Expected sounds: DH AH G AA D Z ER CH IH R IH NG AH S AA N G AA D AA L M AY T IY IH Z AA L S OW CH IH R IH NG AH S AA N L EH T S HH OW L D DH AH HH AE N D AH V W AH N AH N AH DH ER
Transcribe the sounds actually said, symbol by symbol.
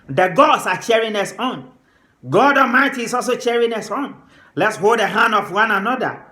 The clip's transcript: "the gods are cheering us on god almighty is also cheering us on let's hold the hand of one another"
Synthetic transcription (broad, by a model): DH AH G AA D S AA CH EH R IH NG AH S AA N G AA D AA M AY T IY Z AA L S OW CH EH R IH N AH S AA N L EH T S HH OW L D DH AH HH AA N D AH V W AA N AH N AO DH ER